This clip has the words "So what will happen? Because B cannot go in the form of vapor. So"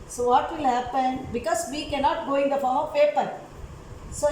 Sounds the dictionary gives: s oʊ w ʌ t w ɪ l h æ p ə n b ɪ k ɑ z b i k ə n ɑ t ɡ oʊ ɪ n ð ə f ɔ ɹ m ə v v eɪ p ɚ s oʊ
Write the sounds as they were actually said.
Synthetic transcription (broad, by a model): s oʊ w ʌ t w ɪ l h æ p ə n b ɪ k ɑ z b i k ə n ɑ t ɡ oʊ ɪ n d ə f ɔ ɹ m ə v p eɪ p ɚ s oʊ